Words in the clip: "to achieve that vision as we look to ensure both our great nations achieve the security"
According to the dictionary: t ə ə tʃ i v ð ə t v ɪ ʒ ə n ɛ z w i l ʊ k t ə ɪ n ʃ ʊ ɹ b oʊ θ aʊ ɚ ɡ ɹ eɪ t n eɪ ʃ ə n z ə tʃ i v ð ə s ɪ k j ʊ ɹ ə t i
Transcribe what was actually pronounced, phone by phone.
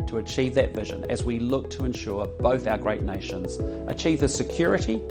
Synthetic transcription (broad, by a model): t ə ə tʃ i v ð ə t v ɪ ʒ ə n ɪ z w i l ʊ k t ə ɪ n ʃ ʊ ɹ b oʊ θ aʊ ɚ ɡ ɹ eɪ t n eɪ ʃ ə n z ə tʃ i v ð ə s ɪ k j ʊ ɹ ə t i